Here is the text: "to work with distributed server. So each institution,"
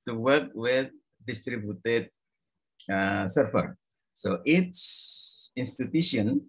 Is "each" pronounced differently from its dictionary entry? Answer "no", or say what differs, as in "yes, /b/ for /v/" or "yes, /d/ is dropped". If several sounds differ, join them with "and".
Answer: yes, /s/ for /tʃ/